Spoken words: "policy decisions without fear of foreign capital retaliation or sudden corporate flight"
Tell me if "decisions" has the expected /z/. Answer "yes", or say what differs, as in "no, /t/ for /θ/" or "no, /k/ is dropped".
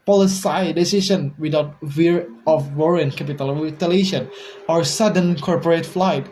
no, /z/ is dropped